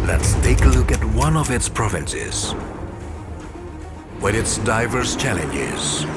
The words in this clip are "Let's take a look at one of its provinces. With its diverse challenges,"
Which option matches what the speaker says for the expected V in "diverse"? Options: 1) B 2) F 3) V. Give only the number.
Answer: 3